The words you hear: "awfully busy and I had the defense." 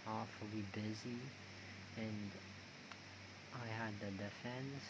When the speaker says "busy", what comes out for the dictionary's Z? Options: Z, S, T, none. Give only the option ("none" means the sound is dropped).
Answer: Z